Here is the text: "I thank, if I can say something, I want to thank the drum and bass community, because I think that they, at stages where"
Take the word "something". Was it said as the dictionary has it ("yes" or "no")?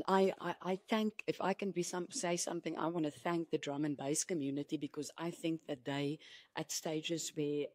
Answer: yes